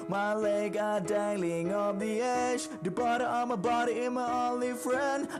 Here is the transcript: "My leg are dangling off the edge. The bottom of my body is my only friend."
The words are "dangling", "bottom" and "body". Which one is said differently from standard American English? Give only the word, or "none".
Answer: bottom